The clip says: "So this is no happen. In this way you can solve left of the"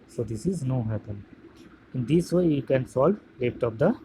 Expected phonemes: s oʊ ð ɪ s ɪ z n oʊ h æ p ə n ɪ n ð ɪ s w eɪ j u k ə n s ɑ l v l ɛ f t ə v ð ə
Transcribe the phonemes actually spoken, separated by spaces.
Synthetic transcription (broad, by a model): s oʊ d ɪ s ɪ z n oʊ h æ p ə n ɪ n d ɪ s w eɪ j u k ə n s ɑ l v l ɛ p t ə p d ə